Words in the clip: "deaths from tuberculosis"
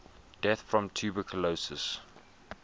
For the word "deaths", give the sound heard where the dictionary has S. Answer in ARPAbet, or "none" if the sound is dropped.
none